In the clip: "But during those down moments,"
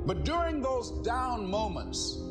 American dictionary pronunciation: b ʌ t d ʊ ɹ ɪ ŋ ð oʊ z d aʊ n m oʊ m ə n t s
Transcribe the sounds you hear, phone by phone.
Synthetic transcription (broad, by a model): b ʌ t d ʊ ɹ ɪ ŋ ð oʊ z d aʊ n m oʊ m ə n t s